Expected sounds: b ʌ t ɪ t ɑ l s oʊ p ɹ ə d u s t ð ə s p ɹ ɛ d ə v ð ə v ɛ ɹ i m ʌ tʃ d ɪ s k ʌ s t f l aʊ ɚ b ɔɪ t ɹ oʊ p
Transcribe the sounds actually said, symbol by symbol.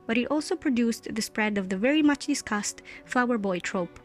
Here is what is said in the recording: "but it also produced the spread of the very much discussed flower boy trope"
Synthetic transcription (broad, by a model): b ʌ t ɪ t ɑ l s oʊ p ɹ ə d u s t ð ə s p ɹ ɛ d ə v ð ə v ɛ ɹ i m ʌ tʃ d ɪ s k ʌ s t f l aʊ ɚ b ɔɪ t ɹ oʊ p